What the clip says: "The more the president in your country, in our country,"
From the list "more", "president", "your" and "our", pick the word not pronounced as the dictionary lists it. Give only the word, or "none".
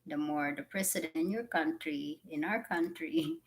president